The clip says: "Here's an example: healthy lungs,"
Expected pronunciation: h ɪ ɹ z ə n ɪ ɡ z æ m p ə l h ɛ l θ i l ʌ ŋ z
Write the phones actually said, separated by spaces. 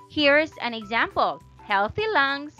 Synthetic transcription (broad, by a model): h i ɹ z ə n ɪ ɡ z æ m p ə l h ɛ l θ i l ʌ ŋ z